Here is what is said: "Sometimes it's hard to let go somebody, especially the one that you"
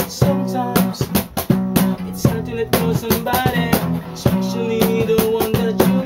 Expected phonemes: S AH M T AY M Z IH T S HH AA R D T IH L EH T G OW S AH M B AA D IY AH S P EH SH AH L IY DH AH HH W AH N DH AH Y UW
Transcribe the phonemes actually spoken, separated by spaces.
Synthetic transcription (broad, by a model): S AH M T AY M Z IH T S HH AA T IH N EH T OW S AH M B AA D IY S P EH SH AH W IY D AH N W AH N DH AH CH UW